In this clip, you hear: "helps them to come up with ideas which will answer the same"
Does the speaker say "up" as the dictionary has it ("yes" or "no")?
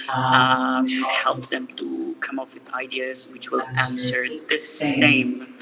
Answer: no